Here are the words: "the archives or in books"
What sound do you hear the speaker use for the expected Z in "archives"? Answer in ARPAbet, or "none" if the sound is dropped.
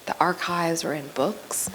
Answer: Z